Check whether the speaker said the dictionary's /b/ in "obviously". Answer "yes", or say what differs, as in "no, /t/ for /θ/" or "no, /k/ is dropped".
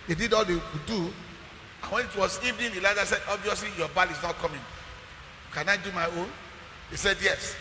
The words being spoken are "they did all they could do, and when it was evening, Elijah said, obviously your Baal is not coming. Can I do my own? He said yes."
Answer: yes